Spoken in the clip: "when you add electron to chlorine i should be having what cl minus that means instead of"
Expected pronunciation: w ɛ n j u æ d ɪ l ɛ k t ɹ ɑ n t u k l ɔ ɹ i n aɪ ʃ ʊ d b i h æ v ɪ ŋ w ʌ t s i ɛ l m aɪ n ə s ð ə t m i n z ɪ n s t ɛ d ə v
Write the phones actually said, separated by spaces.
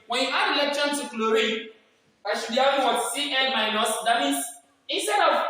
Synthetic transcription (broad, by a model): w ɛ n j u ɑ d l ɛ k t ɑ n t u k l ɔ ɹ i aɪ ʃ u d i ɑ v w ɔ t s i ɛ n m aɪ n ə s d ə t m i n s ɪ n s t ɛ d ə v